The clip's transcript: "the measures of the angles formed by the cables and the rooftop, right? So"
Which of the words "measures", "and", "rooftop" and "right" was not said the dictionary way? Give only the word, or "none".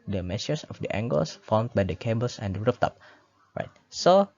measures